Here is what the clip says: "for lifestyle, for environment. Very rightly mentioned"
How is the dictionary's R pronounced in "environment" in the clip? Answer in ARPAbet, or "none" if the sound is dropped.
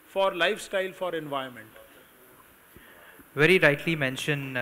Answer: none